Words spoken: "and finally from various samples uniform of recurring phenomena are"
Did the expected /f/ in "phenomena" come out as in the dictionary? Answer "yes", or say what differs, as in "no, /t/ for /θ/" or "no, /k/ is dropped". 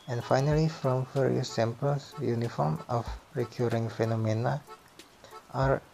yes